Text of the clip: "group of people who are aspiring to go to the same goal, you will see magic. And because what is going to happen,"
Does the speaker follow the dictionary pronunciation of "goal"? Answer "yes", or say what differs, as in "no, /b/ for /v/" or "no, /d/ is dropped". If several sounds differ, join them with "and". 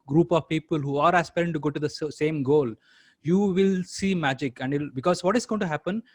yes